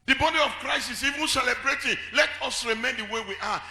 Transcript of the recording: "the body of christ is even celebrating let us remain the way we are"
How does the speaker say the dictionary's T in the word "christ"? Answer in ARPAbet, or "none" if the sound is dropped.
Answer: none